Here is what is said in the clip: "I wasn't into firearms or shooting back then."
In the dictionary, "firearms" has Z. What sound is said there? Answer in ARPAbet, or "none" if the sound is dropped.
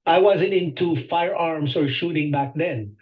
S